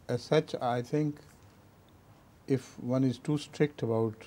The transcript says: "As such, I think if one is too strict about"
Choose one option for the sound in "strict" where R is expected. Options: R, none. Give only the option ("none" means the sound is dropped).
R